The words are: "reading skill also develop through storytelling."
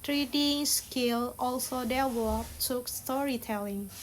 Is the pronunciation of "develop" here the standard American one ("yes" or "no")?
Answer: no